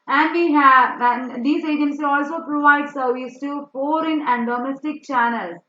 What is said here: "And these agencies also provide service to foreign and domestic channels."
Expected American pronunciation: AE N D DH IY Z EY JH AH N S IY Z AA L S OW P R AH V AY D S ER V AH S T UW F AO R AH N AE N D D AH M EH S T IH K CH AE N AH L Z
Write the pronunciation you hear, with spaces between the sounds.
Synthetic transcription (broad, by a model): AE N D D IY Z EY JH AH N S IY AA L S OW P R AH V AY D S ER V AH S T UW F AO R AH N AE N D D AH M EH S T IH K CH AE N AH L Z